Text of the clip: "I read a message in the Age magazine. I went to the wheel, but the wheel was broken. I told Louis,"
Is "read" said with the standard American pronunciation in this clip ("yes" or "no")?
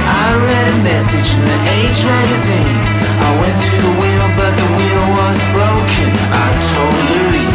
yes